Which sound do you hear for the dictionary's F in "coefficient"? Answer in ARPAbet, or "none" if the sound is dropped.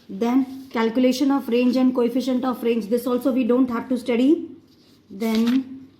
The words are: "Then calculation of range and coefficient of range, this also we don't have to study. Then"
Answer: F